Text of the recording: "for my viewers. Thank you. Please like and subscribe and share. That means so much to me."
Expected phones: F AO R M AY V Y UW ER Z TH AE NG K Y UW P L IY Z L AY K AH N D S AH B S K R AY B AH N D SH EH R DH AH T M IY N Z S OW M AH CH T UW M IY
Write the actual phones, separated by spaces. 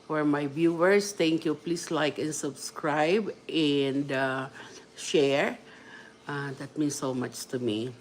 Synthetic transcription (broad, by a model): F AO R M AY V Y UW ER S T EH NG K Y UW P L IY S L AY K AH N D S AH B S K R AY B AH N D SH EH R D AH T M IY N S OW M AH CH T UW M IY